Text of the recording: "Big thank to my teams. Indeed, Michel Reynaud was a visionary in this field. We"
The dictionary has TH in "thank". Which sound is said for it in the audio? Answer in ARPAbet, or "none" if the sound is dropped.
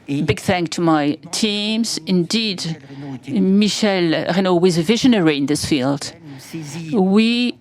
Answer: TH